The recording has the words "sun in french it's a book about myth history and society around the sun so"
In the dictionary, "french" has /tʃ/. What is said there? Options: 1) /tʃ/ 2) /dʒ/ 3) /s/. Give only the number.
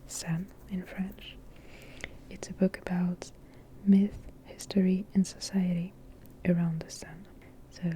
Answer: 1